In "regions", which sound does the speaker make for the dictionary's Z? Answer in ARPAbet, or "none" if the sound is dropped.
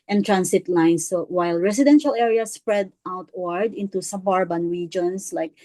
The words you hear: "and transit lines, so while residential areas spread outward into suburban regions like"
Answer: S